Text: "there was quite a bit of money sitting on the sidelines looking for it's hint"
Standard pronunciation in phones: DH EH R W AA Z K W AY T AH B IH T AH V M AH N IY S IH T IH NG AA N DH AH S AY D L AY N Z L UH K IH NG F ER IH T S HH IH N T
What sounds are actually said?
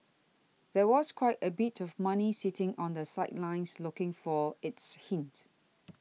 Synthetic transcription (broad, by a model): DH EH W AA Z K W AY T AH B IH T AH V M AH N IY S IH T IH NG AA N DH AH S AY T L AY N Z L UH K IH NG F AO IH T S HH IH N T